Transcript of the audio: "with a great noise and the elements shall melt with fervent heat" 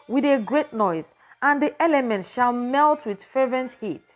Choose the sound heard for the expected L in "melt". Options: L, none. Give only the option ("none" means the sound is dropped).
L